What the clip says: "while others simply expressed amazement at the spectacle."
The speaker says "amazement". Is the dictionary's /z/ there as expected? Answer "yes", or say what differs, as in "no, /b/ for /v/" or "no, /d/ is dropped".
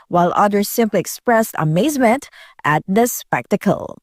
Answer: yes